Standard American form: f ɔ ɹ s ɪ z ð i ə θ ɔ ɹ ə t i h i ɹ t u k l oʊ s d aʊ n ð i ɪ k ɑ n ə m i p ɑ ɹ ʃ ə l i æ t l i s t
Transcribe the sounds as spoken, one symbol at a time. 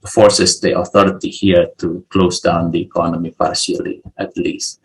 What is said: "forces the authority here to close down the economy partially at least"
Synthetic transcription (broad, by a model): f ɔ ɹ s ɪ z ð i ə θ ɔ ɹ ə t i h i ɹ t u k l oʊ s d aʊ n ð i ɪ k ɑ n ə m i p ɑ ɹ ʃ ə l i æ t l i s t